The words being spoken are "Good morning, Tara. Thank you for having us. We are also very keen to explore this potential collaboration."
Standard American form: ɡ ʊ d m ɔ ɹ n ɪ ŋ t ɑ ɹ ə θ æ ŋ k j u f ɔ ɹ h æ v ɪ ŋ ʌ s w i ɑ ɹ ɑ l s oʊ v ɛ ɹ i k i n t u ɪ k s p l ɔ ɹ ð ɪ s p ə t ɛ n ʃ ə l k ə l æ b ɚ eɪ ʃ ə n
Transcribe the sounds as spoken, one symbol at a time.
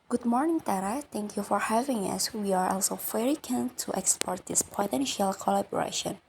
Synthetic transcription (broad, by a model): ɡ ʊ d m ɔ ɹ n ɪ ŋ t ɑ ɹ ə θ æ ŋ k j u f ɔ ɹ h æ v ɪ ŋ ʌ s w i ɑ ɹ ɑ l s oʊ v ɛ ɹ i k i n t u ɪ k s p ɔ ɹ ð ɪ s p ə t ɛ n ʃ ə l k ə l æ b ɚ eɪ ʃ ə n